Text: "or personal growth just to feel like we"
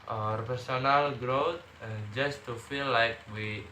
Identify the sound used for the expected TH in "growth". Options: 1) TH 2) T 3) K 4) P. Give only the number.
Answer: 2